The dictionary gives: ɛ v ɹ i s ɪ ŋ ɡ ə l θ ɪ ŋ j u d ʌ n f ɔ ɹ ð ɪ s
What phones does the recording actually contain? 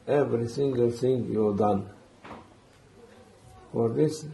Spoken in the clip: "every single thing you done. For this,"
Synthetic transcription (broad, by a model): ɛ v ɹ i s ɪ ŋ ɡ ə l s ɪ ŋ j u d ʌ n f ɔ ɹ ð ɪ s